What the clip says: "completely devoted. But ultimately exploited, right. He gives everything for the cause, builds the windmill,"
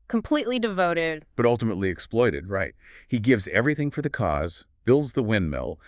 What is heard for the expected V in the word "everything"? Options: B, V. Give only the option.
V